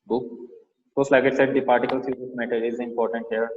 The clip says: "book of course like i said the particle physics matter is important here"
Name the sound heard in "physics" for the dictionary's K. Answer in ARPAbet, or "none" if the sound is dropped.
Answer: none